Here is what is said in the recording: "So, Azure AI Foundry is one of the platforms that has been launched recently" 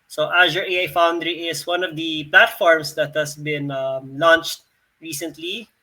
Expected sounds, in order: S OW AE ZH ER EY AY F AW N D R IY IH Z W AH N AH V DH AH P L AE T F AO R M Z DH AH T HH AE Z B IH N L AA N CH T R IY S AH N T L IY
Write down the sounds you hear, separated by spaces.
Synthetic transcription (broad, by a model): S OW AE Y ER EY AY F AW N D R IY IH S W AH N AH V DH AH P L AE T F AO R M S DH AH T HH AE S B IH N L AA N CH T R IY S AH N T L IY